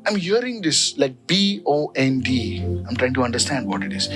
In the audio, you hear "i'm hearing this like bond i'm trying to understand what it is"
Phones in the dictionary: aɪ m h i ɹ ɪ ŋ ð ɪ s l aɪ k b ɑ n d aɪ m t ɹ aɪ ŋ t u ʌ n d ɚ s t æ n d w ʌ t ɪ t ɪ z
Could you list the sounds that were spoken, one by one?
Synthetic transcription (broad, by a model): aɪ m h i ɹ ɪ ŋ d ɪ s l aɪ k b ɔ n d aɪ m t ɹ aɪ ŋ t u ʌ n d ɚ s t æ n d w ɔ t ɪ t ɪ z